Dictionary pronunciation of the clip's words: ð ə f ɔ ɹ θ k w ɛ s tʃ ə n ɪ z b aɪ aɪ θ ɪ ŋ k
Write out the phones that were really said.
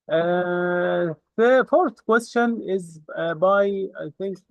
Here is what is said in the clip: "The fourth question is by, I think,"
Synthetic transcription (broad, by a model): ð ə f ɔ ɹ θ k w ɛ s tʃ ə n ɪ z b aɪ aɪ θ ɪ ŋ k